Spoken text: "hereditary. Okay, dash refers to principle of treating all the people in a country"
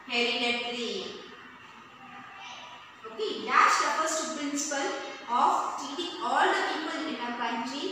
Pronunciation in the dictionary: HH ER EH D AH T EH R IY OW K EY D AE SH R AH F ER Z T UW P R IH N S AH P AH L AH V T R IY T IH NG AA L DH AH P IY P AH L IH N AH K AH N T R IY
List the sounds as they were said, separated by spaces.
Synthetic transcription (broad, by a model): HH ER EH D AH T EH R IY OW K EY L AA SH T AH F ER S T UW P R IH N S AH P AH L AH F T IY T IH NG AA L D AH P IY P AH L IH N AH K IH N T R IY